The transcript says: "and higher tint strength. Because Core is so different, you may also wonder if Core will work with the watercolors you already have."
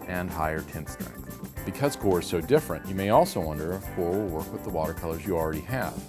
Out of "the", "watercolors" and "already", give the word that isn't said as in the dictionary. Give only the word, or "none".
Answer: none